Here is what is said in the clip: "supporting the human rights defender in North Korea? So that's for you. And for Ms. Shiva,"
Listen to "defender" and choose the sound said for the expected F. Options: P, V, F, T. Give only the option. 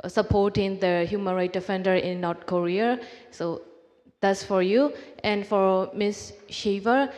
F